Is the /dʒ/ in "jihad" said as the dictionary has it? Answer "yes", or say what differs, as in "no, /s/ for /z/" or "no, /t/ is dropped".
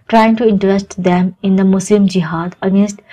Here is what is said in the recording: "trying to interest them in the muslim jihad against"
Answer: yes